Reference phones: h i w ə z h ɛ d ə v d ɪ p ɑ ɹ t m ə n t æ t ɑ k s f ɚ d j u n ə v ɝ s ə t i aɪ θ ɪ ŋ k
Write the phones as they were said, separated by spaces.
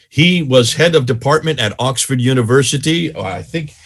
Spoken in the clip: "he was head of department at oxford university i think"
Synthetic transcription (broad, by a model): h i w ə z h ɛ d ə v d ɪ p ɑ ɹ t m ə n t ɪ t ɑ k s f ɚ d j u n ə v ɝ s ə t i aɪ θ ɪ ŋ k